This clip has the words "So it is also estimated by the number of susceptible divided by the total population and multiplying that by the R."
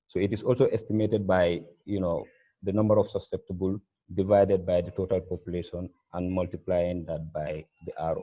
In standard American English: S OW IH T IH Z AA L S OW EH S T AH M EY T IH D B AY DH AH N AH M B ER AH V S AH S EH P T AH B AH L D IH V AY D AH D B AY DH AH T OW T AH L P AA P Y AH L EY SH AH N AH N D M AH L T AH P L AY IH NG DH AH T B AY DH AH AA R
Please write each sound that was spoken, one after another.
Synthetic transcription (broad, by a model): S OW IH T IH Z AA L S OW EH S T AH M EY T IH D B AY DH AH N AH M B ER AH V S AH S EH P T AH B AH L D IH V AY D AH D B AY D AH T OW T AH L P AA P Y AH L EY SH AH N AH N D M AH L T AH P L AY IH NG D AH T B AY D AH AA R